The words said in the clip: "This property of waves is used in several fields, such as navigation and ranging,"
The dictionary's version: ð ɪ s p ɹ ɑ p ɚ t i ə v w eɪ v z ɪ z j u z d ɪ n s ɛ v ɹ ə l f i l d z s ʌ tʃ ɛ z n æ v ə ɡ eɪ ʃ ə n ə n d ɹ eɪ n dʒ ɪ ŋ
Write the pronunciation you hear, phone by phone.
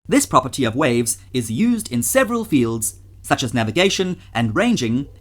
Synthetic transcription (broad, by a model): ð ɪ s p ɹ ɑ p ɚ t i ə v w eɪ v z ɪ z j u z d ɪ n s ɛ v ɹ ə l f i l d z s ʌ tʃ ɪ z n æ v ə ɡ eɪ ʃ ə n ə n ɹ eɪ n dʒ ɪ ŋ